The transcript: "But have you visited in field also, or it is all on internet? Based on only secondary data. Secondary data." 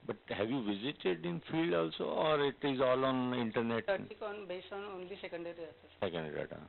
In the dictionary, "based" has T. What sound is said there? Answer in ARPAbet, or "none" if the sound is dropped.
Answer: none